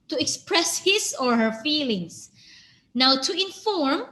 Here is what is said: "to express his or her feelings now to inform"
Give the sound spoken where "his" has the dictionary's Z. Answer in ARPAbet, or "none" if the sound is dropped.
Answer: S